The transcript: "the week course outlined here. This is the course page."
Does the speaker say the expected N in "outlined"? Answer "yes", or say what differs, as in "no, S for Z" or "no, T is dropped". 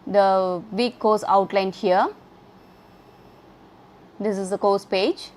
yes